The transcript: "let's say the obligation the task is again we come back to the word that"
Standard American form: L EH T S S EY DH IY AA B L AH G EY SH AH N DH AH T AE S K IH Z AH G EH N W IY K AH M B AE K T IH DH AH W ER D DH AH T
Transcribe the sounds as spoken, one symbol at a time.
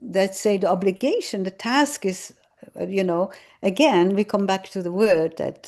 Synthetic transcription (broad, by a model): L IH T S S EY DH IY AA B L AH G EY SH AH N DH AH T AE S K IH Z AH G EH N W IY K AH M B AE K T IH DH AH W ER D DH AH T